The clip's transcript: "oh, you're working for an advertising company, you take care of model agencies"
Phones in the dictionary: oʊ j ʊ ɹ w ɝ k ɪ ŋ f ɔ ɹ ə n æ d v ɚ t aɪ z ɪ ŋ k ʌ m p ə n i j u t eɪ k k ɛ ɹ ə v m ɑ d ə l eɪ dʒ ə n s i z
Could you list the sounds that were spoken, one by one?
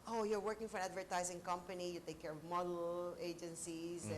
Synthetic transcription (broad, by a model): oʊ j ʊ ɹ w ɝ k ɪ ŋ f ɔ ɹ ə n æ d v ɚ t aɪ z ɪ ŋ k ʌ m p ə n i j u t eɪ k k ɛ ɹ ə v m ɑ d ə l eɪ dʒ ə n s i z